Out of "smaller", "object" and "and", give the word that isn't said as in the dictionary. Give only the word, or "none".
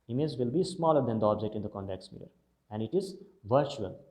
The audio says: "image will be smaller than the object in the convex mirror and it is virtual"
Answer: none